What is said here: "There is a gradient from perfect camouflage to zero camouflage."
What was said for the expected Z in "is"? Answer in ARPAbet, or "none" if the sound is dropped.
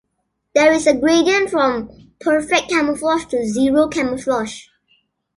S